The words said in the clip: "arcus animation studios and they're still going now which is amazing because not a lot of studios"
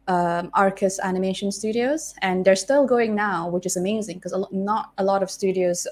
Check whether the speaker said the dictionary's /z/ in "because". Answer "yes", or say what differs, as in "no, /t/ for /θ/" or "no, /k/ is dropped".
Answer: no, /z/ is dropped